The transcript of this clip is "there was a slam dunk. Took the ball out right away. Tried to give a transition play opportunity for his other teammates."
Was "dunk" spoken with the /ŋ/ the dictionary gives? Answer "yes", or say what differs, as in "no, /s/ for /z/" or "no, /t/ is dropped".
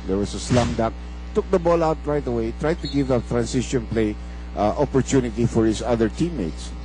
no, /ŋ/ is dropped